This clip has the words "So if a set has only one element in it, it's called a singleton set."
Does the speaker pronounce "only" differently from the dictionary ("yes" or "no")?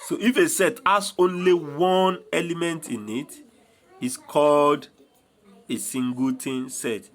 no